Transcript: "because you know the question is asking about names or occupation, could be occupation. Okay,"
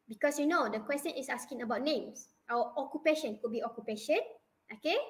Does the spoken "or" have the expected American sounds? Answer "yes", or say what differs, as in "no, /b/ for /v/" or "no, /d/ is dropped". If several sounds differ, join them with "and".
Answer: no, /w/ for /ɹ/